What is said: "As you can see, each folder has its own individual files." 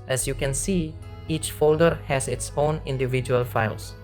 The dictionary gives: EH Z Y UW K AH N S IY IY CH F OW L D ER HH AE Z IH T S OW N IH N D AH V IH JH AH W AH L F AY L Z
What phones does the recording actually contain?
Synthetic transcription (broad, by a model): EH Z Y UW K AH N S IY IY CH F OW L D ER HH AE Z IH T S OW N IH N D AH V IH JH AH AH L F AY L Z